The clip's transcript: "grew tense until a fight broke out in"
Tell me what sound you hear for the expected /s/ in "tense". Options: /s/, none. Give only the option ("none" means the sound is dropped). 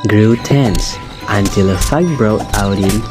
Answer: /s/